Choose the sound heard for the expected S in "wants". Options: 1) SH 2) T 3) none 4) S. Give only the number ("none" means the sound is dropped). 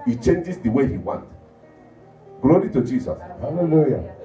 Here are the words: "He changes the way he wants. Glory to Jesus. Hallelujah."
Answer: 3